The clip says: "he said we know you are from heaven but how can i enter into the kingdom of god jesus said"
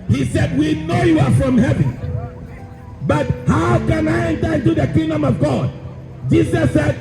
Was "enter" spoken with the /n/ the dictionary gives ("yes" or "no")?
yes